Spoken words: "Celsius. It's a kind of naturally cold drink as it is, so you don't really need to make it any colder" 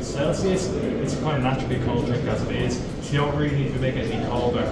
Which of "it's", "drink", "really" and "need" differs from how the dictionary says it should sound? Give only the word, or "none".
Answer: drink